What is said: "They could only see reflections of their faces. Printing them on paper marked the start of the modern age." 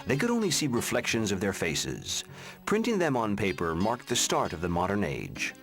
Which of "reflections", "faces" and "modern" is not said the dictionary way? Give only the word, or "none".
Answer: none